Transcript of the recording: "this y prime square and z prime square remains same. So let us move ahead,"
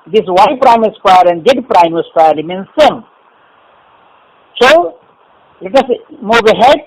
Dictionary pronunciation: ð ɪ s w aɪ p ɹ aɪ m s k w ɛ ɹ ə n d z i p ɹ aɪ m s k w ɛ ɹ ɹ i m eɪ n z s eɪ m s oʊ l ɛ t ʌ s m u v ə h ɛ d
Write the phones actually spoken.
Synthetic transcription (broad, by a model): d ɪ s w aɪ p ɹ aɪ m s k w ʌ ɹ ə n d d p ɹ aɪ m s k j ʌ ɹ l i m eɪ n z s eɪ m s oʊ l ɛ t ʌ s m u b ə h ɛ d